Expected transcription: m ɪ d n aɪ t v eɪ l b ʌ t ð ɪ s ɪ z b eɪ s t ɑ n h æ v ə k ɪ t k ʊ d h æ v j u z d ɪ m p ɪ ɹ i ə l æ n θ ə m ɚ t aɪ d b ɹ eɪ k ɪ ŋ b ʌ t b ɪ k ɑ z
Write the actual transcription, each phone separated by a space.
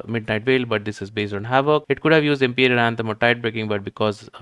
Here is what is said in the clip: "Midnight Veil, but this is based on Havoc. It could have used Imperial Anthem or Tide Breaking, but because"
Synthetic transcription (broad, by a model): m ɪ d n aɪ t v eɪ l b ʌ t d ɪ s ɪ z b eɪ s t ɑ n h æ v ə k ɪ t k ʊ d h æ v j u z d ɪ m p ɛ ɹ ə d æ n t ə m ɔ t aɪ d b ɹ eɪ k ɪ ŋ b ʌ t b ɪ k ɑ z